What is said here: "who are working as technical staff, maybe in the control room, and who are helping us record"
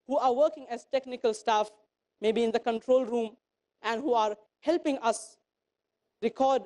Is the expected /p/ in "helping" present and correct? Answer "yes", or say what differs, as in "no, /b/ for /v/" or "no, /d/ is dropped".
yes